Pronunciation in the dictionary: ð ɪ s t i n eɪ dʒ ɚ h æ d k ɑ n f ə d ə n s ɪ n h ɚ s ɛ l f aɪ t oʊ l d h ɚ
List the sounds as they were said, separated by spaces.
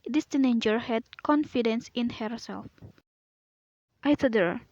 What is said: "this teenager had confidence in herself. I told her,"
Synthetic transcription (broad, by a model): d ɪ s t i n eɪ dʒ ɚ h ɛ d k ɑ n f ə d ə n s ɪ n h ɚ s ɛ l f aɪ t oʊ d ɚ